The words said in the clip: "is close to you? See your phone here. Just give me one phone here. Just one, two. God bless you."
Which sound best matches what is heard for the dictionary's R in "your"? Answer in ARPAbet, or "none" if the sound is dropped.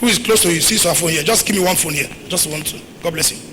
W